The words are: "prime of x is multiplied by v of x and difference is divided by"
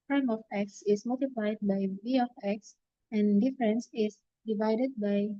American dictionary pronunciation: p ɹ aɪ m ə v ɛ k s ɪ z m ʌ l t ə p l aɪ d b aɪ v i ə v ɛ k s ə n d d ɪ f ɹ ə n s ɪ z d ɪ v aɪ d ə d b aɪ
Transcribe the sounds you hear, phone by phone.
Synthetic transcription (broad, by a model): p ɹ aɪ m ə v ɛ k s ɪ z m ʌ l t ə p l aɪ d b aɪ b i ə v ɛ k s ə n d d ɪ f ɹ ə n s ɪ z d ɪ v aɪ d ə d b aɪ